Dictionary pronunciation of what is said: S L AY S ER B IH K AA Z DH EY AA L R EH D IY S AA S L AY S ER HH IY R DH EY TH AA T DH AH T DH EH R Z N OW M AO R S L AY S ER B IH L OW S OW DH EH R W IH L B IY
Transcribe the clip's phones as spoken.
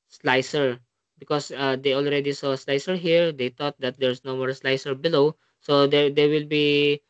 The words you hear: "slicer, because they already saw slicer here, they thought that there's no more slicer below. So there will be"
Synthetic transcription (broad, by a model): S L AY S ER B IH K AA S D EY AA L R EH D IY S AA S L AY S ER HH IY R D EY T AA T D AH T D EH R S N OW M AO R S L AY S ER B IH L OW S OW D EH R W IH L B IY